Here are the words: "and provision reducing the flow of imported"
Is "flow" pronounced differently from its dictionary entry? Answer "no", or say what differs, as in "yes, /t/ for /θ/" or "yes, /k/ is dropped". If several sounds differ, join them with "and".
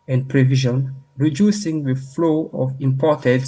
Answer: no